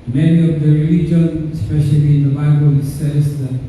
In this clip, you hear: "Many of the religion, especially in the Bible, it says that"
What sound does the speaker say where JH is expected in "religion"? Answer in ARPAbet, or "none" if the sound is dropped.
JH